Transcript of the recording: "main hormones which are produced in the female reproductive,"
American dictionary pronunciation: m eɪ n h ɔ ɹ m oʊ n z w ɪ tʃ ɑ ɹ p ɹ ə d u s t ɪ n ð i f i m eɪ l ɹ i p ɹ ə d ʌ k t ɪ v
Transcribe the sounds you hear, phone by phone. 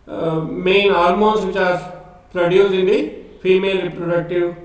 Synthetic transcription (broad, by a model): m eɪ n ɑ l m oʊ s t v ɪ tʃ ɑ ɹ p ɹ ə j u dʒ ɪ n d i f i m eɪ l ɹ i p ɹ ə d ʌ k t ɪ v